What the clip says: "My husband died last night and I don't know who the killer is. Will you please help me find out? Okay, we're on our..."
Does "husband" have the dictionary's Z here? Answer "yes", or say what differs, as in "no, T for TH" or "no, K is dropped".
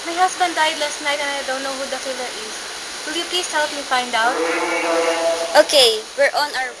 no, S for Z